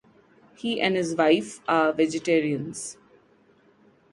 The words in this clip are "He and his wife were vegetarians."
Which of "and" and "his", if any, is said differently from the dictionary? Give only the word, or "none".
none